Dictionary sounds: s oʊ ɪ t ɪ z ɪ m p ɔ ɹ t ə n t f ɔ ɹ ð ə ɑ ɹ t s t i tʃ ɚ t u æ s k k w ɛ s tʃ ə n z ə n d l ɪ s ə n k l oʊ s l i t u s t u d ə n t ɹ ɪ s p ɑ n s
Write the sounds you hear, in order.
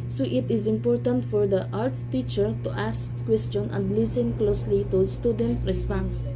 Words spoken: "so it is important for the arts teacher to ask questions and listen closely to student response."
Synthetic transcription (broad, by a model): s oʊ ɪ t ɪ z ɪ m p ɔ ɹ t ə n t f ɔ ɹ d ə ɑ ɹ t s t i tʃ ɚ t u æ s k k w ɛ s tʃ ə n ə n d l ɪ s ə n k l oʊ s l i t u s t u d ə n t ɹ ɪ s p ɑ n s